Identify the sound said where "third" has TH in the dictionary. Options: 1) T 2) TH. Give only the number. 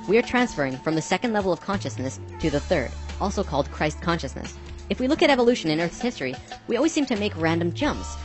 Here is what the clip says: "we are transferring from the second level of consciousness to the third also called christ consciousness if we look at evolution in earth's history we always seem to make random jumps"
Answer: 2